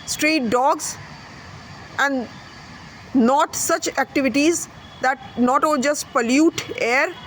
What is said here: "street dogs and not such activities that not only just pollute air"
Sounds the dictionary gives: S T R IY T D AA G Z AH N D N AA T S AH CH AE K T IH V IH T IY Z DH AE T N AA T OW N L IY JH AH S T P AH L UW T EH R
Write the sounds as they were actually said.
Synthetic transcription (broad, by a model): S T R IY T D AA G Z AH N D N AA T S AH CH AE K T IH V IH T IY Z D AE T N AA T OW L JH AH S T P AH L UW T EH R